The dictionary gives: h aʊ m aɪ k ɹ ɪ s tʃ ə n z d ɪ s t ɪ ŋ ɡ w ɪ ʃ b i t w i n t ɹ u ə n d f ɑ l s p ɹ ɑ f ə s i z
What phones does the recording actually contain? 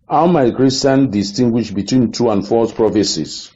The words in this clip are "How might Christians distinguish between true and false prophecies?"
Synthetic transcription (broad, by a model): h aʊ m aɪ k ɹ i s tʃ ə n d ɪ s t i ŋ ɡ w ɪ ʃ b i t w i n t u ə n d f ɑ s p ɹ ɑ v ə s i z